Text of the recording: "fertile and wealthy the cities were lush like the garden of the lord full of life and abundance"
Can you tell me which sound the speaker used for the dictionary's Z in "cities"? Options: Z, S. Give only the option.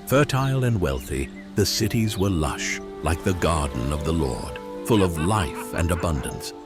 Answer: Z